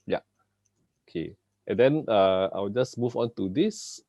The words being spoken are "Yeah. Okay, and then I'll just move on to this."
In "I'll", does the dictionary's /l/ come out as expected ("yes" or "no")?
no